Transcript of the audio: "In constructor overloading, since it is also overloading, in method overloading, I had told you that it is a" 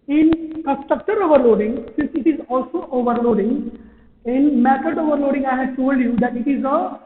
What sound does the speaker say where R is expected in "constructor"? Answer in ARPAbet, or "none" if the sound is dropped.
none